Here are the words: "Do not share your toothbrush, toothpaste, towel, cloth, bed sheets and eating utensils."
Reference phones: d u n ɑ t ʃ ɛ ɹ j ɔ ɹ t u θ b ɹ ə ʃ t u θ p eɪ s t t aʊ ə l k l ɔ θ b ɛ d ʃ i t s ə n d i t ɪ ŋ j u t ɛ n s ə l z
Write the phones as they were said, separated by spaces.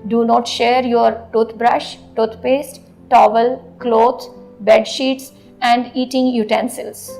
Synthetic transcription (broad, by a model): d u n ɑ t ʃ ɛ ɹ j ɔ ɹ t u t b ɹ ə ʃ t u t p eɪ s t t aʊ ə l k l ɔ t b ɛ d ʃ i t s ə n d i t ɪ ŋ j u t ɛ n s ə l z